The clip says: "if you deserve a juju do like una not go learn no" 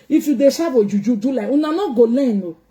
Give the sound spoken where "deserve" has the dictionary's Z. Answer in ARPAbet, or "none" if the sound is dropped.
S